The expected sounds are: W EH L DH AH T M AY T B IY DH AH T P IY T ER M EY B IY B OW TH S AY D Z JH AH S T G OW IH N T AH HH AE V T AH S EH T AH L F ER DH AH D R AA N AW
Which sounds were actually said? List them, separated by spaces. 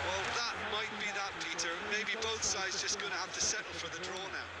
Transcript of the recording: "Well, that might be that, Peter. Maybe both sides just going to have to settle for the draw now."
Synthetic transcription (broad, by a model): W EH L DH AH T M AY T B IY DH AH T P IY T ER M EY B IY B OW TH S AY D Z JH AH S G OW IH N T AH HH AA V T AH S EH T L F ER DH AH D R AA N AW